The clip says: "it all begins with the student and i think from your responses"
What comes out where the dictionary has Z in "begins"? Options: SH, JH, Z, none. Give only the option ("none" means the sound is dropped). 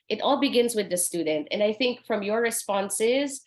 Z